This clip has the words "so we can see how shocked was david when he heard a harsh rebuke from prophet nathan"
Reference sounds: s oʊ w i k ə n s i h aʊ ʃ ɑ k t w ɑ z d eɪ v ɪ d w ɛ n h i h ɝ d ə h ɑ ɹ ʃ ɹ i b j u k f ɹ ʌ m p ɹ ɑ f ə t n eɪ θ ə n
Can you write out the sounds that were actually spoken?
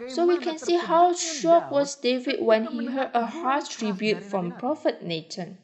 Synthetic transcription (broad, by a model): s oʊ w i k ə n s i h aʊ ʃ ɑ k w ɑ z d eɪ v ɪ d w ɛ n h i h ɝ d ə h ɑ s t ɹ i b j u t f ɹ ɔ m p ɹ ɑ f ə t n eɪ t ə n